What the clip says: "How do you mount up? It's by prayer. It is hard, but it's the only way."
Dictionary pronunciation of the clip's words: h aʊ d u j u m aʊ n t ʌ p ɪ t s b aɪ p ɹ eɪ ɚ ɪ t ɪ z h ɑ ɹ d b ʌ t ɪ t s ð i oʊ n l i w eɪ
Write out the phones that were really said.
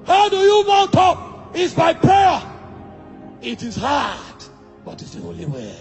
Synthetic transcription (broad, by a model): h aʊ d u j u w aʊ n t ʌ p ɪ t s b aɪ p ɹ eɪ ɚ ɪ t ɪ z h ɑ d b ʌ t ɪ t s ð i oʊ l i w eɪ